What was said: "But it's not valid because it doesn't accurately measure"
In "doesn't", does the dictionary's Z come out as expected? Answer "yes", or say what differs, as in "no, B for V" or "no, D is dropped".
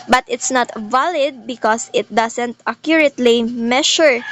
no, S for Z